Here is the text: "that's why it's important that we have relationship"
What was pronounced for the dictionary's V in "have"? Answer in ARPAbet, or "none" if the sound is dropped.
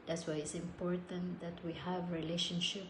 V